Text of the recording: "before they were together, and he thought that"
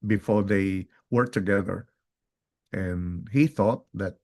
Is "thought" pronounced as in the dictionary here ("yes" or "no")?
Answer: yes